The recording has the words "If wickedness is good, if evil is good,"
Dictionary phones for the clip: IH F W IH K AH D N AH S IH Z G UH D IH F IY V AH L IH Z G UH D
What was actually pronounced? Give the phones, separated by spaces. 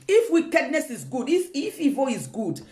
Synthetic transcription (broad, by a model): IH F W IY K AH D N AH S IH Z G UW D IH F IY F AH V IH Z G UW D